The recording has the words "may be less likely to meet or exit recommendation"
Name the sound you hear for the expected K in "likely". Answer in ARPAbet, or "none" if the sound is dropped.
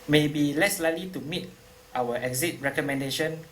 none